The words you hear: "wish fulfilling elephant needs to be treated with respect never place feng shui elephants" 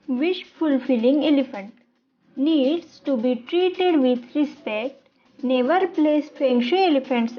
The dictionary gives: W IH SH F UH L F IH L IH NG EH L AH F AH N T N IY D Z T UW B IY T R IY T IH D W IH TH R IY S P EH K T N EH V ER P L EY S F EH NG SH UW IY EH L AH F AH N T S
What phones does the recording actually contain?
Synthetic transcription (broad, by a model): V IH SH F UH L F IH L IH NG EH L AH F AH N T N IY D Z T UW B IY T R IY T IH D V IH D R IY S P EH K T N EH V ER P L EY S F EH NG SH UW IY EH L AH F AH N T S